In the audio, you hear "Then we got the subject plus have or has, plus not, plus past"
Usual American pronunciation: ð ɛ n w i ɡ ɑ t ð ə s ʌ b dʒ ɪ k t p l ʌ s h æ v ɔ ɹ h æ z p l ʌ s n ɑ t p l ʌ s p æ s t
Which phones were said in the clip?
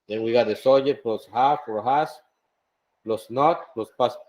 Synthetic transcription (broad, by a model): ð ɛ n w i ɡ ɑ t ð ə s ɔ dʒ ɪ t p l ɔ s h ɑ f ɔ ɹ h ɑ s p l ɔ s n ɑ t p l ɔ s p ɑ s